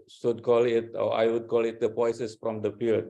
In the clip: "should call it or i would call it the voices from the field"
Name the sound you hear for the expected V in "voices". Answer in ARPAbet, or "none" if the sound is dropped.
P